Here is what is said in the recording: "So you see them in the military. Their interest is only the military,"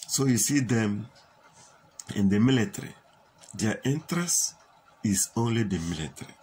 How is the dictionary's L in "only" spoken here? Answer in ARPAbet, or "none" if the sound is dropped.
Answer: L